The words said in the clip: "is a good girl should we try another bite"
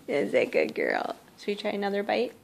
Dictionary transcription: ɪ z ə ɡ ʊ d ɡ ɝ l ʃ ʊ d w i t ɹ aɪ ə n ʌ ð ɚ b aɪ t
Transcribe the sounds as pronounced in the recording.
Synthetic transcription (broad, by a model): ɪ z ə ɡ ʊ d ɡ ɝ l s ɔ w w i t ɹ aɪ ə n ʌ ð ɚ b aɪ t